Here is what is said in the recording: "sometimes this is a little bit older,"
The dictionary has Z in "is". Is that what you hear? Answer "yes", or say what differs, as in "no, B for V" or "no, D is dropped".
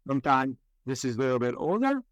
yes